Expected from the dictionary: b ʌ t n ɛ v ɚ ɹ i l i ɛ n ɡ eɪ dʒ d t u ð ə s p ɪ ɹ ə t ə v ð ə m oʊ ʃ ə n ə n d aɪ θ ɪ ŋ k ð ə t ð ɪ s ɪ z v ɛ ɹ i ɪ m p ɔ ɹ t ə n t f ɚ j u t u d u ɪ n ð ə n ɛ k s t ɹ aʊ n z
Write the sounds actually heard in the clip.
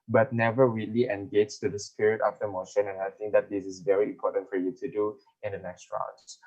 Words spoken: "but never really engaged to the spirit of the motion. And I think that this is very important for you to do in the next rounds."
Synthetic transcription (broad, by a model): b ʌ t n ɛ v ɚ ɹ i l i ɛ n ɡ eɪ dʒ t u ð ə s p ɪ ɹ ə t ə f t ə m oʊ ʃ ə n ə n aɪ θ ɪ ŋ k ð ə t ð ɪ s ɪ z v ɛ ɹ i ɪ m p ɔ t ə n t f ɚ j u t u d u ɪ n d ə n ɛ k s t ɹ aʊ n